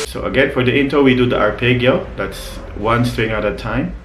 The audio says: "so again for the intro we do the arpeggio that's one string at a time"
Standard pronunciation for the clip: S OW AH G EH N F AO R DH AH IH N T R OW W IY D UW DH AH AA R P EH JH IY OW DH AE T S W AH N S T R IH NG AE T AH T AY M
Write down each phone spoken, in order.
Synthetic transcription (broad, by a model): S OW AH G EH N F AO R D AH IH N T OW W IY D UW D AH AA R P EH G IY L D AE T S W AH N S T R IH NG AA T AH T AY M